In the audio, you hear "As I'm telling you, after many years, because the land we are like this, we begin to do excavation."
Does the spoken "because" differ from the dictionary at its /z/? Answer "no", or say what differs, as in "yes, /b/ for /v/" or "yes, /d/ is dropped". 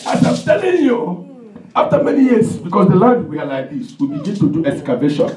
yes, /s/ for /z/